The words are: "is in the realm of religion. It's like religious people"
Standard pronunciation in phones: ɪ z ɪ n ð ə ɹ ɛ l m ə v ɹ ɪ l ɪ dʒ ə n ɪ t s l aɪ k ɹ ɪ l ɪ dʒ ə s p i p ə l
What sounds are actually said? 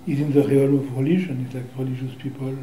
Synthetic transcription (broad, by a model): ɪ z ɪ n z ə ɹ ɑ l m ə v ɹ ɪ l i ʒ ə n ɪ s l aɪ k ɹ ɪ l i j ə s p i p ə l